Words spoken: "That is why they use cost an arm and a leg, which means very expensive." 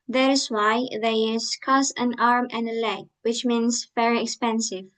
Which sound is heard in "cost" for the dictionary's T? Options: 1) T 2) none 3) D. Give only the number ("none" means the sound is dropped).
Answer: 2